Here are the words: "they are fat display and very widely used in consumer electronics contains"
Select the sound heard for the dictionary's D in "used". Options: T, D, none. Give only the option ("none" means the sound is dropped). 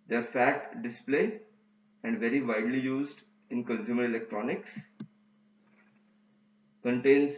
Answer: D